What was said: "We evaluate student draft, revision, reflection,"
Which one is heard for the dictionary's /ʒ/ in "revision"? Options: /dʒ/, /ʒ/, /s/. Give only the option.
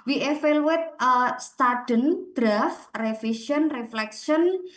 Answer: /s/